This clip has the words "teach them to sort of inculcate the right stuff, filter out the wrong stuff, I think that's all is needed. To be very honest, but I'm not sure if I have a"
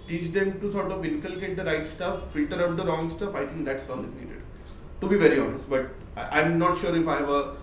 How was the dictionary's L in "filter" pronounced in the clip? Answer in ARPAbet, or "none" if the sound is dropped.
L